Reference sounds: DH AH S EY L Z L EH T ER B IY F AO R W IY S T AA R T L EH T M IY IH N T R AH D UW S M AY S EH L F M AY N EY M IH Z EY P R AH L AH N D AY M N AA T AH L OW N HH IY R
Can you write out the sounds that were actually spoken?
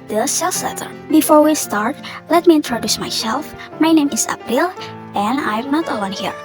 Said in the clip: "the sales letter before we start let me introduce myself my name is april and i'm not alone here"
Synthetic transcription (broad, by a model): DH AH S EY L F L EH T ER B IY F AO R W IY S T AA R T L EH T M IY IH N T R AH D UW S M AY S EH L F M AY N EY M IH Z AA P AH L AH N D AY M N AA T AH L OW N HH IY R